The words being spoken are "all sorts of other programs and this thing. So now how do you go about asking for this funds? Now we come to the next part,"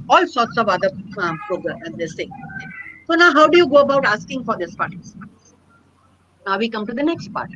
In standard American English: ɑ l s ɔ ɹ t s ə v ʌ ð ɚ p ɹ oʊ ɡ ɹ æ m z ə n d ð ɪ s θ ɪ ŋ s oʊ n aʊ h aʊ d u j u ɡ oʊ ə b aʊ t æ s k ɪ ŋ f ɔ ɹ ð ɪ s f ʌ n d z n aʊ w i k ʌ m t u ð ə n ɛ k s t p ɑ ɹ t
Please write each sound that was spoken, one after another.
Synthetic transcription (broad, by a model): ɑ l s ɔ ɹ t s ə v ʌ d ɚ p ɹ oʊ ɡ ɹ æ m ə n d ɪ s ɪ s oʊ n aʊ h aʊ d u j u ɡ oʊ ə b aʊ t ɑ s k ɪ ŋ f ɔ ɹ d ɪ s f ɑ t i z n aʊ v i k ʌ m t u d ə n ɛ k s t p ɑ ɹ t